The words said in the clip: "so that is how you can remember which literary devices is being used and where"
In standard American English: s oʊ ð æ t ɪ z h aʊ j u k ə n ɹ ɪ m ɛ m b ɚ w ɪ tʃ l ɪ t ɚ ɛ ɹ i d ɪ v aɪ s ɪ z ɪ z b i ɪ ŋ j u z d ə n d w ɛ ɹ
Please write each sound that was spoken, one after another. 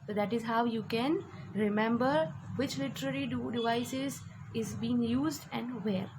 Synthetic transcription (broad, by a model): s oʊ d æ t ɪ z h aʊ j u k ə n ɹ ɪ m ɛ m b ɚ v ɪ tʃ l ɪ t ɚ ɛ ɹ i d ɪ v aɪ s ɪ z ɪ z b i ɪ ŋ j u z d ə n d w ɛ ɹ